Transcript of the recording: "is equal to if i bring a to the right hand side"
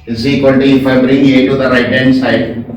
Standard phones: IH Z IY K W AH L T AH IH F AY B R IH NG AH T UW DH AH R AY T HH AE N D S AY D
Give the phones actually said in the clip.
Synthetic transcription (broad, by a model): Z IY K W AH N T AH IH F AY B R IH NG AH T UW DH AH R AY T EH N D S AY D